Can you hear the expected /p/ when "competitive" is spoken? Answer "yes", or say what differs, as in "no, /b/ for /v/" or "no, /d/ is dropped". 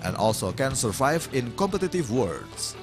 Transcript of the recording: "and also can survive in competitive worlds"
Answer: yes